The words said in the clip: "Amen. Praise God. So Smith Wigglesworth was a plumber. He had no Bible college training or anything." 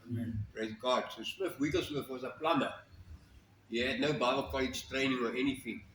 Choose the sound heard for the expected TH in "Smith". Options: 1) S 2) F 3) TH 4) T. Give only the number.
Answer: 2